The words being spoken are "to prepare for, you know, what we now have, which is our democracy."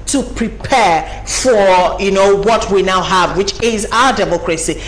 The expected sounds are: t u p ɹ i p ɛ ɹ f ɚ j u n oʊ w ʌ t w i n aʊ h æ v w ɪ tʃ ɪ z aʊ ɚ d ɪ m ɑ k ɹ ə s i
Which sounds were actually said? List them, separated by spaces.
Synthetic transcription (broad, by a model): t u p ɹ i p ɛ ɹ f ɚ j u n oʊ w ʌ t w i n aʊ h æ v w ɪ tʃ ɪ z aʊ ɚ d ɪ m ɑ k ɹ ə s i